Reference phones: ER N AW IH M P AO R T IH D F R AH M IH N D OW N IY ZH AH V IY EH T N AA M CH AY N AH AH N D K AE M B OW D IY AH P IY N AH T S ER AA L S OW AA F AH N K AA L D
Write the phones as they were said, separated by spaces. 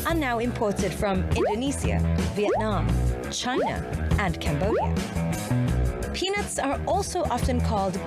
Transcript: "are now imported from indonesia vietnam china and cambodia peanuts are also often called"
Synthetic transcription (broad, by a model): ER N AW IH M P AO R T IH D F R AH M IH N D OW N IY S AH V IY EH T N AA M CH AY N AH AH N K AE M B OW D IY AH P IY N AH T S ER AA L S OW AA F AH N K AA L D